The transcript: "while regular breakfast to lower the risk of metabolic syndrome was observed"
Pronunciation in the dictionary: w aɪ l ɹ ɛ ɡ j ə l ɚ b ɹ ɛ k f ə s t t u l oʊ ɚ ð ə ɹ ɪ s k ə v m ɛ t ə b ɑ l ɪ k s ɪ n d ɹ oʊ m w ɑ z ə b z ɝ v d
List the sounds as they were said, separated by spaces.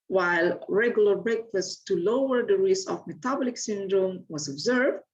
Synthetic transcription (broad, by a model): w aɪ l ɹ ɛ ɡ j ə l ɚ b ɹ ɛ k f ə s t t u l oʊ ɚ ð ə ɹ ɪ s ə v m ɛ t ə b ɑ l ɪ k s ɪ n d ɹ oʊ m w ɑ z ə b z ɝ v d